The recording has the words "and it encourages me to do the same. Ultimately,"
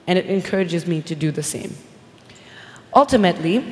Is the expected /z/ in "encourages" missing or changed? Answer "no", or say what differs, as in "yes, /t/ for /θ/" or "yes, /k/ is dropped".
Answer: no